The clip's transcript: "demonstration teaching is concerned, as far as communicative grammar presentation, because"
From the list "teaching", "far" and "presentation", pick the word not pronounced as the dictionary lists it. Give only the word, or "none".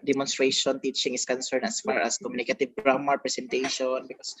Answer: presentation